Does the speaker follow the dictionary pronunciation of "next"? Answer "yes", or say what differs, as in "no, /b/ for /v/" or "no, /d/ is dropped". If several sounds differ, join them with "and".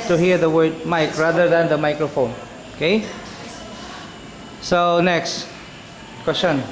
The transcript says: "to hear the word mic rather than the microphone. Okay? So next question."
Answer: yes